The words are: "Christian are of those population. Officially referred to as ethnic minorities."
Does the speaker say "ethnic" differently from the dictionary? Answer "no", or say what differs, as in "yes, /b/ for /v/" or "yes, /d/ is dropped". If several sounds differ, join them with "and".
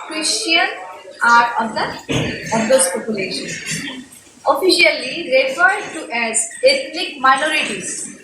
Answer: yes, /t/ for /θ/